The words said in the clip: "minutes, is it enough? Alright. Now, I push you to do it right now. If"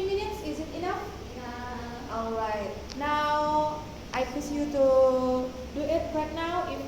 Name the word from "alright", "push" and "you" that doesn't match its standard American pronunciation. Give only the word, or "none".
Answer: push